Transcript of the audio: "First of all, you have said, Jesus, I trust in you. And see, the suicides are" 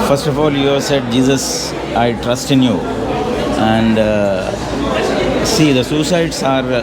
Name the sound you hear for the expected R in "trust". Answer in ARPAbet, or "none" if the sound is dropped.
R